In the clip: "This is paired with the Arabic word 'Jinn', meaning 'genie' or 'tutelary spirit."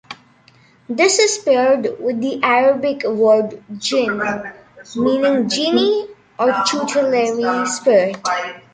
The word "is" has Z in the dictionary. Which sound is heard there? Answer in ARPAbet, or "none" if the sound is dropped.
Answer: S